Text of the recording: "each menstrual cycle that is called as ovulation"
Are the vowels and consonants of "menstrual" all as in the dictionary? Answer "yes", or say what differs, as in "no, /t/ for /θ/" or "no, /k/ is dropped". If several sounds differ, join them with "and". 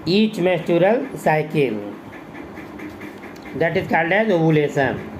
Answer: no, /n/ is dropped